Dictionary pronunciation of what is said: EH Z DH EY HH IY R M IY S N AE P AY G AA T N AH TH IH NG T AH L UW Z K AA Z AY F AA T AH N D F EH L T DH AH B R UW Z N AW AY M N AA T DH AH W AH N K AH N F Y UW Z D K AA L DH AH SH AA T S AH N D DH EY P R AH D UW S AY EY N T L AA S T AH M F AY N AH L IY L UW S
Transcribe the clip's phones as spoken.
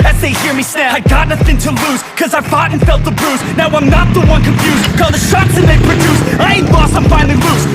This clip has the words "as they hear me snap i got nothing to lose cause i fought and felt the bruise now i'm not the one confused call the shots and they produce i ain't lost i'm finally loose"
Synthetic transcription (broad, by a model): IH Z DH EY HH IY R M IY S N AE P AY G AA T N AH TH IH NG T AH L UW Z K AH Z AY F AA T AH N F EH L T DH AH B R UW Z N AW AY M N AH T DH AH W AH N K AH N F Y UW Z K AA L DH AH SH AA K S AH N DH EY P R AH D UW S AY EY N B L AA S AH M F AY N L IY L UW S